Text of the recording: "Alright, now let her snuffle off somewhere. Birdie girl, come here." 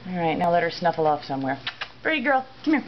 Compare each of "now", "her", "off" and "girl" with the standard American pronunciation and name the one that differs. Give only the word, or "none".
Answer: none